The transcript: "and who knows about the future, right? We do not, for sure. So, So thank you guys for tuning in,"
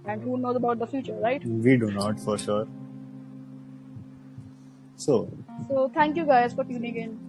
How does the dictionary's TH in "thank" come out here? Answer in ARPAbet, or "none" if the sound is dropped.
T